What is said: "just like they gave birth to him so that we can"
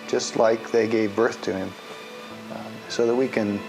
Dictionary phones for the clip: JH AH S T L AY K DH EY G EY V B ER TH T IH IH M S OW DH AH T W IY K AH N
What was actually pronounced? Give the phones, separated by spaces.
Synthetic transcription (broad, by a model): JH AH S T L AY K DH EY G EY V B ER TH T IH IH M S OW DH AH T W IY K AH N